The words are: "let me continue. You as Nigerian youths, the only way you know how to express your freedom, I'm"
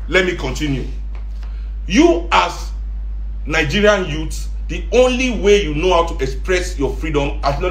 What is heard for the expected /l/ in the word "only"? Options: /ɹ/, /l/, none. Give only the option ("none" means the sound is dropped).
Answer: /l/